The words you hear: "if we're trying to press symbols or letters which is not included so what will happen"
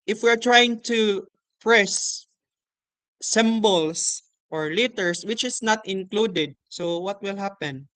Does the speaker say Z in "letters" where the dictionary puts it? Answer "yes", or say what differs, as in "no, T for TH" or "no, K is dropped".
no, S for Z